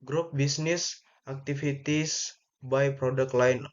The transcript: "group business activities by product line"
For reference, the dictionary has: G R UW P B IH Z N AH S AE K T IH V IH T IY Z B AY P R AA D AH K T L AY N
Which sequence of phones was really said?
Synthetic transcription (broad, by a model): G R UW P B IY S N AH S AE K T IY F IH T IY S B AY P R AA D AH K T L AY N